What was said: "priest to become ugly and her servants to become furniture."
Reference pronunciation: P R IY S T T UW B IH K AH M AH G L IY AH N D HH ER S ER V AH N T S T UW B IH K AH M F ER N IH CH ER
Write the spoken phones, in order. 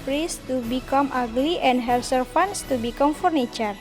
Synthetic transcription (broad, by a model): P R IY S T T UW B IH K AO M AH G L IY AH N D HH ER S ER F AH N S T UW B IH K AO M F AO N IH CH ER